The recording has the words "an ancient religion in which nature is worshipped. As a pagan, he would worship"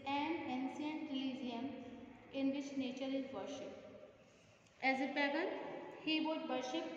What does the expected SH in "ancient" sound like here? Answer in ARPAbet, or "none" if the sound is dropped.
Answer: S